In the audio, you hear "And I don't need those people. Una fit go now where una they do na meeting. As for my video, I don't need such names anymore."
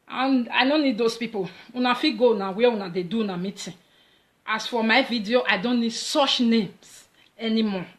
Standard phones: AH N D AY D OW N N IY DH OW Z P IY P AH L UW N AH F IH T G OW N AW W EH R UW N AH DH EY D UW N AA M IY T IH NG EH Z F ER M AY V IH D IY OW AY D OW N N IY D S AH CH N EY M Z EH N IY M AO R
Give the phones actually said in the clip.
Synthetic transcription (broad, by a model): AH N AY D OW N N IY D OW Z P IY P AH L UW N AH F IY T G OW N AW W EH W UW N AH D EY D UW N AA M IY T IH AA S F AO M AY V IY D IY OW AY D OW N N IY D S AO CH N EY M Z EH N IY M AO